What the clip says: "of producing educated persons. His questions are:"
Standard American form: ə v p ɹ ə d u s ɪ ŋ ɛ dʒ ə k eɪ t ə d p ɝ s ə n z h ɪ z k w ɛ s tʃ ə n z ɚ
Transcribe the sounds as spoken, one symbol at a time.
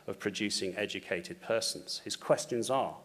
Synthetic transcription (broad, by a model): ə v p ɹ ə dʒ u s ɪ ŋ ɛ dʒ ə k eɪ t ə d p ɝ s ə n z h ɪ z k w ɛ s tʃ ə n z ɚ